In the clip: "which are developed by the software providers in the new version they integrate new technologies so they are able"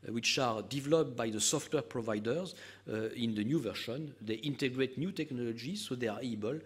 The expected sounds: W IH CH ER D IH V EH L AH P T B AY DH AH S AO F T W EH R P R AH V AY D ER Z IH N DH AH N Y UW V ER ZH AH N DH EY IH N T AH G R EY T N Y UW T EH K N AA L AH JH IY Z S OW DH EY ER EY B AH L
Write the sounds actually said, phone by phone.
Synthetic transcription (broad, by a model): W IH CH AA D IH V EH L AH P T B AY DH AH S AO F T W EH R P R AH V AY D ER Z IH N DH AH N Y UW V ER SH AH N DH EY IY N T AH G R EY T N Y UW T EH K N AA L AH JH IY Z S OW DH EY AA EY B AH L